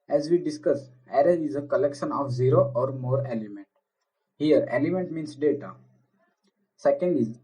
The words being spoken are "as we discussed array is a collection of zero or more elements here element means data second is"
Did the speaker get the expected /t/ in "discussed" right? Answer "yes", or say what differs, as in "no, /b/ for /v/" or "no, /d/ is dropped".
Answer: no, /t/ is dropped